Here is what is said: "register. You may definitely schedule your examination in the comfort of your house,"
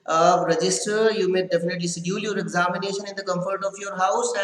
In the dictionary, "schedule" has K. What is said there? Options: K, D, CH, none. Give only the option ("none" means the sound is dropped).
none